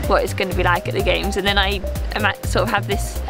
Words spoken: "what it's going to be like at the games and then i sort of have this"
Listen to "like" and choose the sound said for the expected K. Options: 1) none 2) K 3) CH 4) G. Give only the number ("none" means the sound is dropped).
2